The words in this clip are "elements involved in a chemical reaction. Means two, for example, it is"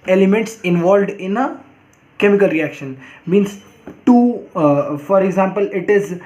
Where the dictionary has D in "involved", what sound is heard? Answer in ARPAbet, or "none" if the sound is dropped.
D